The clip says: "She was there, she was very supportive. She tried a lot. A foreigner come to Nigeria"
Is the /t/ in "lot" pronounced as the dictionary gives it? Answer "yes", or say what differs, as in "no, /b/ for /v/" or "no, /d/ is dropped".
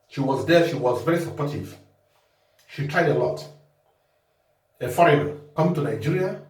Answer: yes